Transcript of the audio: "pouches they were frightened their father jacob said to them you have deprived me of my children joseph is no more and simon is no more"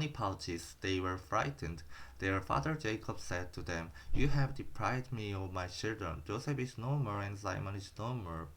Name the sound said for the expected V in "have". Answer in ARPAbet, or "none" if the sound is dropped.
V